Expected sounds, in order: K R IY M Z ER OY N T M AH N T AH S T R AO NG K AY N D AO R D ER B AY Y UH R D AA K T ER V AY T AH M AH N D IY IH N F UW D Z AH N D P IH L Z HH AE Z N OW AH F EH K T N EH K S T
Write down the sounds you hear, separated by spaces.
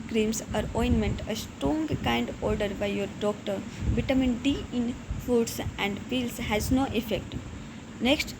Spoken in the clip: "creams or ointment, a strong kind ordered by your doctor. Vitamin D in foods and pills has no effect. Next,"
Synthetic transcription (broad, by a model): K R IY M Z ER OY N M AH N T AH S T R AO NG K AY N D AO R D ER B AY Y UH R D AA K T ER B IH T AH M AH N D IY IH N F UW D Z AH N D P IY L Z HH AE Z N OW AH F EH K T N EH K S T